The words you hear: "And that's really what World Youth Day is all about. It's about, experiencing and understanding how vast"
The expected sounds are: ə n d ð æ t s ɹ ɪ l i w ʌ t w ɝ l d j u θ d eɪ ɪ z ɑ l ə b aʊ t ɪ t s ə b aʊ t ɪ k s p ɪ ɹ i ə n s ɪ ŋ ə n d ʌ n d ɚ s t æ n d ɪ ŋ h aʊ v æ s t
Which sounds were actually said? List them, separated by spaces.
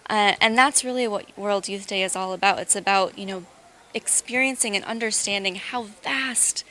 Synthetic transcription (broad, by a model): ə n ð æ t s ɹ ɪ l i w ʌ t w ɝ l d j u θ d eɪ ɪ z ɑ l ə b aʊ t ɪ t s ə b aʊ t ɪ k s p ɪ ɹ i ə n s ɪ ŋ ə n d ʌ n d ɚ s t æ n d ɪ ŋ h aʊ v æ s t